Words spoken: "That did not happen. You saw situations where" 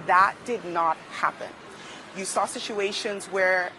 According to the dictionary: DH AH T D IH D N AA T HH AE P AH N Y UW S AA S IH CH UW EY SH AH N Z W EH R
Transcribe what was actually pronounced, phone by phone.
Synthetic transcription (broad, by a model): DH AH T D IH D N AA T HH AE P AH N Y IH S AA S IH CH UW EY SH AH N Z W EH R